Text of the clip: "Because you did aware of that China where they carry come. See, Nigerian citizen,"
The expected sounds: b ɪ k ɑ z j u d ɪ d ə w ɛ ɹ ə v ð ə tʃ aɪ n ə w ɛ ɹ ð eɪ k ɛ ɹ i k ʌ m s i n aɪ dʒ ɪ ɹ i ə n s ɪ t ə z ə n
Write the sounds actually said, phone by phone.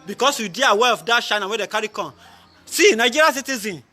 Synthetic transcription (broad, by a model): b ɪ k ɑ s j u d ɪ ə w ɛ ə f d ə ʃ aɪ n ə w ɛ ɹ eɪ k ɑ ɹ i k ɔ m s i n aɪ dʒ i ɹ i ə s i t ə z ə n